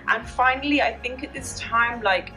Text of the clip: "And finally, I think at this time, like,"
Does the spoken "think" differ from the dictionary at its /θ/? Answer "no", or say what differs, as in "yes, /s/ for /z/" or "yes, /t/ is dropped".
no